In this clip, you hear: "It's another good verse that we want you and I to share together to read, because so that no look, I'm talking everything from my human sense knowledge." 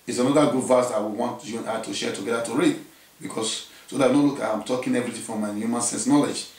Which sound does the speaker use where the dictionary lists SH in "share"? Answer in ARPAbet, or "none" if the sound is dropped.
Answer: SH